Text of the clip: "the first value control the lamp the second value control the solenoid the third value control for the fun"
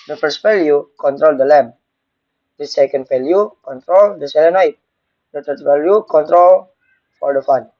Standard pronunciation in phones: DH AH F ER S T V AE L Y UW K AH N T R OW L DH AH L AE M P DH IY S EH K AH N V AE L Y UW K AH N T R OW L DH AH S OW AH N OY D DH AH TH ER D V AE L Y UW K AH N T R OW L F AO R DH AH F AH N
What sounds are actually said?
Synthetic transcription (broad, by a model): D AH F ER S T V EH L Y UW K AH N T R OW L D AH L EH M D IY S EH K AH N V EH L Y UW K AH N T R OW L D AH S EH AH N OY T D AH T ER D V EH L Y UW K AH N T R OW L F AO R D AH F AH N